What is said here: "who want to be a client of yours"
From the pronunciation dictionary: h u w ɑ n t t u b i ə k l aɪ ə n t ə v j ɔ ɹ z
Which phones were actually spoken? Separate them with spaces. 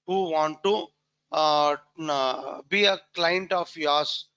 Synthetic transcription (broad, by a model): h u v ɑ n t t u b i ə k l aɪ ə n t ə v j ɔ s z